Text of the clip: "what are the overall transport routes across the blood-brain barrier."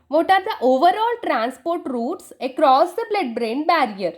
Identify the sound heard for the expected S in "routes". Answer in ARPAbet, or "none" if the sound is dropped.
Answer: S